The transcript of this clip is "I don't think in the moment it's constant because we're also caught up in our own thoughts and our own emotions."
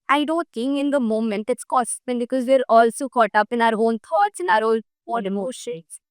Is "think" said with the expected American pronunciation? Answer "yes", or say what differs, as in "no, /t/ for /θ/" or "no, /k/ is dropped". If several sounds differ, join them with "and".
no, /t/ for /θ/